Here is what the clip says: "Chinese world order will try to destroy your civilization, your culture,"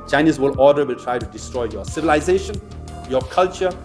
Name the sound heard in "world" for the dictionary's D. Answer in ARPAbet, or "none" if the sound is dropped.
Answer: none